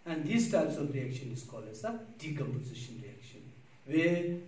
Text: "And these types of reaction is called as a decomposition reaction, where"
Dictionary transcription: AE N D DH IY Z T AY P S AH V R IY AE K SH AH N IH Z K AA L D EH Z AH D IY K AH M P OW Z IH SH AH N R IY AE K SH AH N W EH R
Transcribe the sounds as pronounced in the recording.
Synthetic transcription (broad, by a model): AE N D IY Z T AY P S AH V R IY AE K SH AH N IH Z K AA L EH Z AH D IY K AH M P OW Z IH SH AH N R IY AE K SH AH N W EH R